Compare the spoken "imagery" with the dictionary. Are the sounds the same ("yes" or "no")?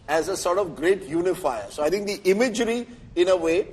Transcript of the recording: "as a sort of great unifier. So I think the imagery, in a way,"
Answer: yes